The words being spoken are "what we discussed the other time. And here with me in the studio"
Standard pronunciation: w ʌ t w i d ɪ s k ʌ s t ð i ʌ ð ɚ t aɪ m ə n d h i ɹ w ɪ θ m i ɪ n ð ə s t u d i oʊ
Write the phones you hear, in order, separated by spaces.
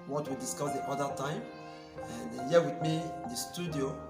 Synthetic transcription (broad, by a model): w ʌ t w i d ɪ s k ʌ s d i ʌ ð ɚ t aɪ m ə n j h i w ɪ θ m i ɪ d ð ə s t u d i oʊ